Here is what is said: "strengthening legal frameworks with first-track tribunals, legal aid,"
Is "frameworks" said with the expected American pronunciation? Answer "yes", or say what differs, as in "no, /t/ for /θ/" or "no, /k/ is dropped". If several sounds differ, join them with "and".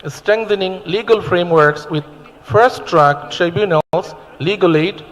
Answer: yes